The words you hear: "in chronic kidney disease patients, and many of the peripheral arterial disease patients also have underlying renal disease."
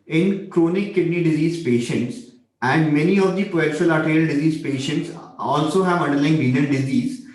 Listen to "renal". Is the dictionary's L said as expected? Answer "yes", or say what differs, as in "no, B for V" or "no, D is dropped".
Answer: no, N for L